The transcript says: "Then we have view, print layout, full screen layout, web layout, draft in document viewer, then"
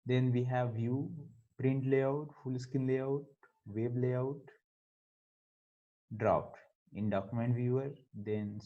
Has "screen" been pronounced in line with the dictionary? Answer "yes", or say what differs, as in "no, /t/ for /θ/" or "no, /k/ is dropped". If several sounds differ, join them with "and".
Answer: no, /ɹ/ is dropped